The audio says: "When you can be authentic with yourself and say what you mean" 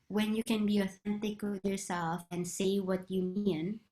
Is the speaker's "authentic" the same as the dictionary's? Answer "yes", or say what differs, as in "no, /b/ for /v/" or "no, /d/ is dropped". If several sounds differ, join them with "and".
yes